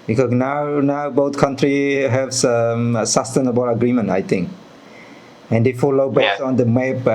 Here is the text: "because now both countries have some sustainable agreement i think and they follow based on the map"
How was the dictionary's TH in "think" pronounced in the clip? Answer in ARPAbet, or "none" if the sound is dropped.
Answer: T